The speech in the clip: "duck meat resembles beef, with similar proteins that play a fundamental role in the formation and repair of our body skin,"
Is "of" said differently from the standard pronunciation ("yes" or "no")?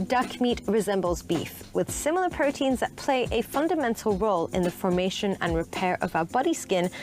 no